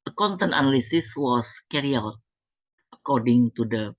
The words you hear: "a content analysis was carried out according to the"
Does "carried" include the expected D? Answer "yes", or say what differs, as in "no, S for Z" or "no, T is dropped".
no, D is dropped